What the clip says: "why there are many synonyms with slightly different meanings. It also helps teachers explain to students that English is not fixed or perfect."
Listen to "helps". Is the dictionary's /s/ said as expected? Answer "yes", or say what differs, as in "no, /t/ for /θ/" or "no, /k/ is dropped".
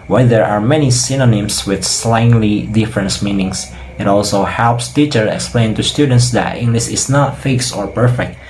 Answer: yes